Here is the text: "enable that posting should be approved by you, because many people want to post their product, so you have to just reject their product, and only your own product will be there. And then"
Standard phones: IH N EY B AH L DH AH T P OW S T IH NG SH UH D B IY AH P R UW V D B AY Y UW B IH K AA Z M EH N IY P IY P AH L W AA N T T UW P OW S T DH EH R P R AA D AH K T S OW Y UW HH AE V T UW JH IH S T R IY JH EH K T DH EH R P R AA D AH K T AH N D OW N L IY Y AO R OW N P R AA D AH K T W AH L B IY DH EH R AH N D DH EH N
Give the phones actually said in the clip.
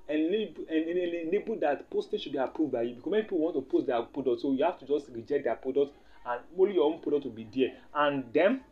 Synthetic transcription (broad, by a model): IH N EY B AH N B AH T P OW S T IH SH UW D B IY AH P R UW V D B AY Y UW B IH K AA S M EH N IY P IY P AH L W AA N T T UW P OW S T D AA P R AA D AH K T S OW Y UW HH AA F T UW JH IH S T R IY JH EH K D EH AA P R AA D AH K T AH N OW L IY Y AO OW N P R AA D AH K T W AH L B IY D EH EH AH N D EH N